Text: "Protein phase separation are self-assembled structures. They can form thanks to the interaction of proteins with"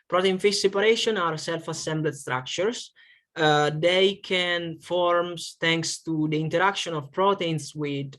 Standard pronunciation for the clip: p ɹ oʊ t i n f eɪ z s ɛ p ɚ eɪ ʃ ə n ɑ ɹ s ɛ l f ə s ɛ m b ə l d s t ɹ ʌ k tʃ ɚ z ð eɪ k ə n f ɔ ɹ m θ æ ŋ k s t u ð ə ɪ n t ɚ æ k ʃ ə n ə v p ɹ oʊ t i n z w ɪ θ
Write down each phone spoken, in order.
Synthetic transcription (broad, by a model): p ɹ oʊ t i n f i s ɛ p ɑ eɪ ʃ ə n ɑ ɹ s ɛ l f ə s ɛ m b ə d s t ɹ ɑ k tʃ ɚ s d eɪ k ə n f ɔ ɹ m t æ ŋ k s t u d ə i n t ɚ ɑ k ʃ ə n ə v p ɹ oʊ t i n s w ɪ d